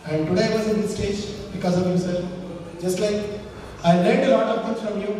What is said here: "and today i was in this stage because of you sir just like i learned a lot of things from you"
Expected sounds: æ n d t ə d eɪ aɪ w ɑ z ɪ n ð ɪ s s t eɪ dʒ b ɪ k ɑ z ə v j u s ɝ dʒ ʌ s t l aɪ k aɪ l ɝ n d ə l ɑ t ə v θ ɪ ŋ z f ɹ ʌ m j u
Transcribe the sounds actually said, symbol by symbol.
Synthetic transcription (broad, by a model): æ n d t ə d eɪ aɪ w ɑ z ɪ n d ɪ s s t eɪ dʒ b ɪ k ɑ z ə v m s ɝ dʒ ʌ s t l aɪ k aɪ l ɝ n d ə l ɑ t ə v t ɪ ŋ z f ɹ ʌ m j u